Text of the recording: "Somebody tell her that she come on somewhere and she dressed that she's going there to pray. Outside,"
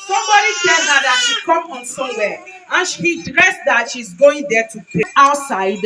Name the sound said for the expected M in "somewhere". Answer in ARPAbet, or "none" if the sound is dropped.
none